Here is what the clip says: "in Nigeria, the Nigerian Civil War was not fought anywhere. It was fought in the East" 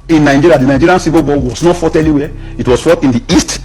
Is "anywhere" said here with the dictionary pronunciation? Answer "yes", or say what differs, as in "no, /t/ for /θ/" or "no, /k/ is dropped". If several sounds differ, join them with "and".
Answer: no, /l/ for /n/